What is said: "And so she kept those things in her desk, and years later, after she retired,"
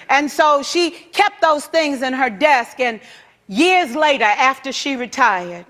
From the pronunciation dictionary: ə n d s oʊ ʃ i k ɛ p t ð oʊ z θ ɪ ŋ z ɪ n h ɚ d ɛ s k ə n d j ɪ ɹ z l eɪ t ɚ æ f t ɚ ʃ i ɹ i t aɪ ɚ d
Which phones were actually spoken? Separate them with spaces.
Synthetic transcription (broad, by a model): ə n s oʊ ʃ i k ɛ p t ð oʊ z θ ɪ ŋ z ɪ n ɚ d ɛ s k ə n j ɪ ɹ z l eɪ t ɚ æ f t ɚ ʃ i ɹ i t aɪ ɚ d